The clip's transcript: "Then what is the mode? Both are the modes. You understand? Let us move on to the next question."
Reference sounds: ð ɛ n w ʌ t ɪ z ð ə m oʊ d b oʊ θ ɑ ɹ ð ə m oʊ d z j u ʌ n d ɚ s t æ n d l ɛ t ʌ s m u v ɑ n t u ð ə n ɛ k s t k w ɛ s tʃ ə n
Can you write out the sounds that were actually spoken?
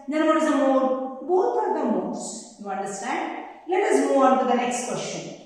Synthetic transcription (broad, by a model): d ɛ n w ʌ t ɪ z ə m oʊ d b oʊ t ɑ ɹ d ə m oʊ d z j u ʌ n d ɚ s t æ n d l ɛ t ʌ s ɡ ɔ ɑ n t u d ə n ɛ k s t k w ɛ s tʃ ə n